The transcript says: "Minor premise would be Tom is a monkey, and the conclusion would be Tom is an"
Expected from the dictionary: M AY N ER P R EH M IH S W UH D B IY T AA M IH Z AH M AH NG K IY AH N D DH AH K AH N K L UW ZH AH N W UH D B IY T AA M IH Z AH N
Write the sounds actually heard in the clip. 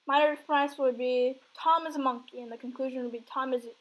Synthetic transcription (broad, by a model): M AY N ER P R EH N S W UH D B IY T AA M IH Z AH M AH NG K IY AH N DH AH K AH N K L UW ZH AH N W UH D B IY T AA M IH Z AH